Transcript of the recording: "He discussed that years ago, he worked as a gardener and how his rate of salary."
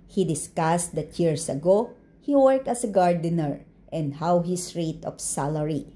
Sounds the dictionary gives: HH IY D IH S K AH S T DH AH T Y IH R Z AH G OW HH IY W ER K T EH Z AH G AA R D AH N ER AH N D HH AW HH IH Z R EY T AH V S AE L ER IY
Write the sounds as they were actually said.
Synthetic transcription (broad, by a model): HH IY D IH S K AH S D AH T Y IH R S AH G OW HH IY W ER K T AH S AH G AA R D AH N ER AH N D HH AW HH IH S R EY T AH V S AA L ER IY